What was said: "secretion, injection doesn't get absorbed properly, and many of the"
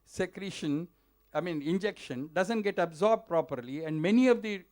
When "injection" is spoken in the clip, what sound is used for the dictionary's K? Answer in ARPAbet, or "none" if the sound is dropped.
K